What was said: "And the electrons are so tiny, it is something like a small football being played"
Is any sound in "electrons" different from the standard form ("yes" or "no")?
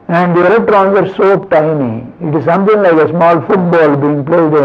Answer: yes